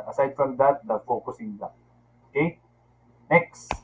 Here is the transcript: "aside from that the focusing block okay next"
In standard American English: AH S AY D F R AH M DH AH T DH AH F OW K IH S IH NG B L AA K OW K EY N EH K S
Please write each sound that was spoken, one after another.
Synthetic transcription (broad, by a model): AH S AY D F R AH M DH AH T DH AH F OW K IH S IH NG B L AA OW K EY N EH K S